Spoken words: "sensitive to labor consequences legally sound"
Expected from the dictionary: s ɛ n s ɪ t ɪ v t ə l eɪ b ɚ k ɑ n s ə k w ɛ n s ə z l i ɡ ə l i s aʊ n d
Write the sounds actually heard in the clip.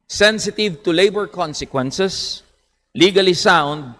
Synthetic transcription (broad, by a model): s ɛ n s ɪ t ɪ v t ə l eɪ b ɚ k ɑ n s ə k w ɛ n s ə s l i ɡ ə l i s aʊ n d